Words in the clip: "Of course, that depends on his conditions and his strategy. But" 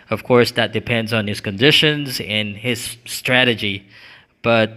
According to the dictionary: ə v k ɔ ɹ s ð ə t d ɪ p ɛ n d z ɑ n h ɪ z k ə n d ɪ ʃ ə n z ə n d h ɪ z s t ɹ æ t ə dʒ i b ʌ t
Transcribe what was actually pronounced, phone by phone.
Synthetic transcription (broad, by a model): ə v k ɔ ɹ s ð ə t d ɪ p ɛ n d z n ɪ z k ə n d ɪ ʃ ə n z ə n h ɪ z s t ɹ æ t ə dʒ i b ʌ t